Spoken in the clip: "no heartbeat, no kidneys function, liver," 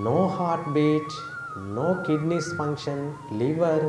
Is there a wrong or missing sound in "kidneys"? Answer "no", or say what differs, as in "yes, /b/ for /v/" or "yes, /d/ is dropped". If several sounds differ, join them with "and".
yes, /s/ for /z/